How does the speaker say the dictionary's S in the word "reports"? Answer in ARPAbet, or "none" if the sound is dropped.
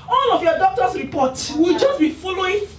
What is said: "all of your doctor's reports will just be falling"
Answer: none